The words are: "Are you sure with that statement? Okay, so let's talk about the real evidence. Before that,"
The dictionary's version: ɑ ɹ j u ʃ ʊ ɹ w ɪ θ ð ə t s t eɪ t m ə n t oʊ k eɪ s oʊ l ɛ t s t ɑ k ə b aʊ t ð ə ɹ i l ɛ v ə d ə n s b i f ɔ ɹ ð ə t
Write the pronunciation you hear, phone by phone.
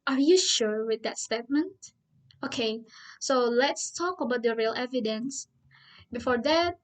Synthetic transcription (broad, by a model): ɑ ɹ j u ʃ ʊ ɹ w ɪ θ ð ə t s t eɪ t m ə n t oʊ k eɪ s oʊ l ɛ t s t ɑ k ə b aʊ t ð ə ɹ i l ɛ v ə d ə n s b i f ɔ ɹ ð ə t